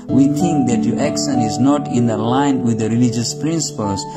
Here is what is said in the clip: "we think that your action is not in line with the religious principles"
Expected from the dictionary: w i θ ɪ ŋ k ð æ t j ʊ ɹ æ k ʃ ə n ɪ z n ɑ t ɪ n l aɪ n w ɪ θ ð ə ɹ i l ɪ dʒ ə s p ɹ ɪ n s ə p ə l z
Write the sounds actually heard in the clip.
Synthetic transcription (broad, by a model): w i θ ɪ ŋ k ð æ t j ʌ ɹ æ k s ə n ɪ z n ɑ t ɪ n l aɪ n w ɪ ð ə ɹ i l ɪ dʒ ə s p ɹ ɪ n s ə p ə l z